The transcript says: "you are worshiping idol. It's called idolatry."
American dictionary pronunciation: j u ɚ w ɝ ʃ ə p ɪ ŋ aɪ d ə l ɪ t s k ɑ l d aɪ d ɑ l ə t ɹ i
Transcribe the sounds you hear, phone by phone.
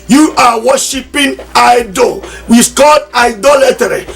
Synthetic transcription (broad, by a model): j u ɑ w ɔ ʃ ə p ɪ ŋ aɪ d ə w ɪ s k ɑ l d aɪ d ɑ l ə t ɹ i